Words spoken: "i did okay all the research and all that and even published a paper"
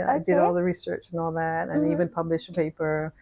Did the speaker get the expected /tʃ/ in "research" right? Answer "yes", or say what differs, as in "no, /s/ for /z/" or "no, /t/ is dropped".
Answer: yes